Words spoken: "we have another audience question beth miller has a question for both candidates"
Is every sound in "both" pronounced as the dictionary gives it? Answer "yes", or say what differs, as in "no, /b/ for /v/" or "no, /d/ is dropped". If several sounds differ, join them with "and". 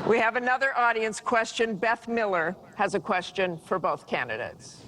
yes